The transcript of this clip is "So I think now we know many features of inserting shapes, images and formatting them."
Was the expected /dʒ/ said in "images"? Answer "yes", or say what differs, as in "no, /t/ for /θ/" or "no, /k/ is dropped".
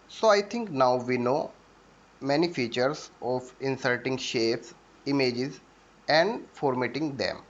yes